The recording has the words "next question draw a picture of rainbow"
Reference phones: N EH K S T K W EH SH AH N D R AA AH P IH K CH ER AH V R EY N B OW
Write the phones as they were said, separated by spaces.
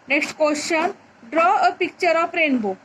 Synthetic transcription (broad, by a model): N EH K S T K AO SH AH N D R AA AH P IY K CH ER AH P R EY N B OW